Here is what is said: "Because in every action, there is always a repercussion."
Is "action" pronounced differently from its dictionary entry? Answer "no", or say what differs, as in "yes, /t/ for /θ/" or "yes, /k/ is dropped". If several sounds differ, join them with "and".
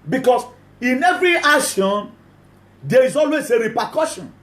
yes, /k/ is dropped